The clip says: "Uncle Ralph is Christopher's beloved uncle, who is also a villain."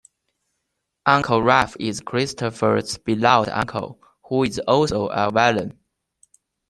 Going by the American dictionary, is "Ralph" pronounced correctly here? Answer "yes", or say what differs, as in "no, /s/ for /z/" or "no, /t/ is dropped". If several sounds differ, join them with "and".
no, /l/ is dropped